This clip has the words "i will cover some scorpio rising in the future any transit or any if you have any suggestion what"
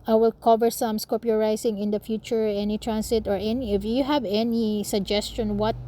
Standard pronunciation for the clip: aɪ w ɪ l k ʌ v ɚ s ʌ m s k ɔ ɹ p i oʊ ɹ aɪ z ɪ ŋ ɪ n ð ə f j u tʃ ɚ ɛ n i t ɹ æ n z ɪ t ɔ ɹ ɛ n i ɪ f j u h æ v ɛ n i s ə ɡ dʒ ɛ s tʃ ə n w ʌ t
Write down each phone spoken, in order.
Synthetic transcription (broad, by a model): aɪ w ɪ l k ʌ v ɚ s ʌ m s k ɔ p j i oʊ ɹ aɪ s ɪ ŋ ɪ n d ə f j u tʃ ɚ ɛ n i t ɹ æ n s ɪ t ɔ ɹ ɛ n i ɪ f j u h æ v ɛ n i s ə ɡ dʒ ɛ s tʃ ə n w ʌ t